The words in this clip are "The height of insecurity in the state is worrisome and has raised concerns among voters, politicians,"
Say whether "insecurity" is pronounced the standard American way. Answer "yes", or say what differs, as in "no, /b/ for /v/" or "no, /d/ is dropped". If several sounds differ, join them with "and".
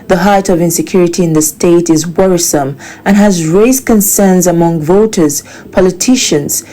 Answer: yes